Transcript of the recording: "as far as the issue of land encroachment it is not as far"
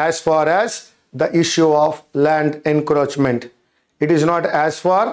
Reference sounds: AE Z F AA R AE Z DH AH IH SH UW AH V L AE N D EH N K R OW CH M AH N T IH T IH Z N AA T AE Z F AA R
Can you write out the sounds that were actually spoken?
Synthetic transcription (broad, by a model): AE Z F AA R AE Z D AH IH SH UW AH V L AE N D EH N K R OW CH M AH N T IH T IH Z N AA T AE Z F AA R